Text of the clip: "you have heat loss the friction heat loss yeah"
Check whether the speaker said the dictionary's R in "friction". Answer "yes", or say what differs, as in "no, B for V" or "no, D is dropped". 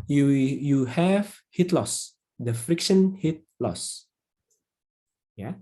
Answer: yes